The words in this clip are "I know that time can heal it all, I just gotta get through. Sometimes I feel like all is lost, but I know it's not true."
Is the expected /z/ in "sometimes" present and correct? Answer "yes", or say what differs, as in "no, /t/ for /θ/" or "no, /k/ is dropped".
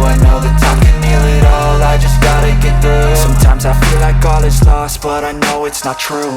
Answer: yes